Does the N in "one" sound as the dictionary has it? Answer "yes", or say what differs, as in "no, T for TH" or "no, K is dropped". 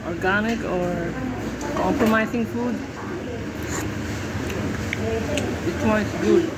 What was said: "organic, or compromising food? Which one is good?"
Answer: no, N is dropped